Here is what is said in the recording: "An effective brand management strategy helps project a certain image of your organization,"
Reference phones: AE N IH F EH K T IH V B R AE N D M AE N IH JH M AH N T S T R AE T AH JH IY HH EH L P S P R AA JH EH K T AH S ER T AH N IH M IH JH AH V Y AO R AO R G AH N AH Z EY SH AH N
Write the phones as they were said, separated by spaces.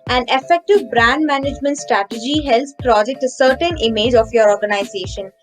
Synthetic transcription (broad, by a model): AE N IH F EH K T IH V B R AE N D M AE N IH JH M AH N T S T R AE T AH JH IY HH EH L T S P R AA JH EH K T AH S ER T AH N IH M IH JH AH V Y AO R AO R G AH N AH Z EY SH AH N